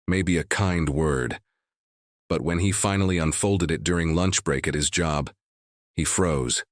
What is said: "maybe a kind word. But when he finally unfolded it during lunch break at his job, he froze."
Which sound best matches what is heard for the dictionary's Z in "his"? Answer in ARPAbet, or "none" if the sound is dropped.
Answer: Z